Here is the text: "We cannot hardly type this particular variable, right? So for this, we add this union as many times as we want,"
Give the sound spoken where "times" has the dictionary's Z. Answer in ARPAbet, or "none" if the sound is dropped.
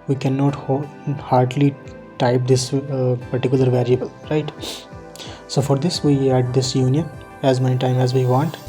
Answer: none